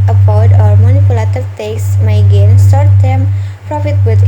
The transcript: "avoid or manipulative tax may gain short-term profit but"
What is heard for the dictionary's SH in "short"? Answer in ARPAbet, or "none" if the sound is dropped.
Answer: S